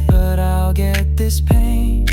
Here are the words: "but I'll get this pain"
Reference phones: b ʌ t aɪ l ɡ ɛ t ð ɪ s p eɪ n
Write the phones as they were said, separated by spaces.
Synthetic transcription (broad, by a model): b ʌ t aɪ l ɡ ɛ t ð ɪ s p eɪ n